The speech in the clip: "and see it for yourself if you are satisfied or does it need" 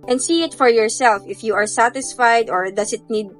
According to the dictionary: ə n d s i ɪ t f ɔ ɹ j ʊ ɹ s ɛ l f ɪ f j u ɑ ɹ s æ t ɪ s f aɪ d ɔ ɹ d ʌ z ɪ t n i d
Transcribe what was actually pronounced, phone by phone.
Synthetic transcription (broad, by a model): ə n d s i ɪ t f ɔ ɹ j ʊ ɹ s ɛ l f ɪ f j u ɑ ɹ s æ t ɪ s f aɪ d ɔ ɹ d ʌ s ɪ t n i d